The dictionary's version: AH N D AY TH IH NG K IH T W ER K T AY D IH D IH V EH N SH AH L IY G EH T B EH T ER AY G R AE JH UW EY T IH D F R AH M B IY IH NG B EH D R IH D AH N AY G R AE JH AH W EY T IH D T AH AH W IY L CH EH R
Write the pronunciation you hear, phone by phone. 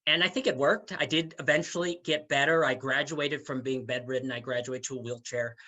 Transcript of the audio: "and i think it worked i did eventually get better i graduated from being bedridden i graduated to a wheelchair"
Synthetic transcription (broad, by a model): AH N AY TH IH NG K IH T W ER K T AY D IH D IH V EH N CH L IY G EH T B EH T ER AY G R AE JH UW EY T IH D F R AH M B IY IH NG B EH D R IH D N AY G R AE JH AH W EY IH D T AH AH W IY L CH EH R